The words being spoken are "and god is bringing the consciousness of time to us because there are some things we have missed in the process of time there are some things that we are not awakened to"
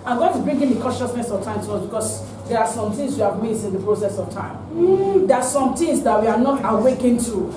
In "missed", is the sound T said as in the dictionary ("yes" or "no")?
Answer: no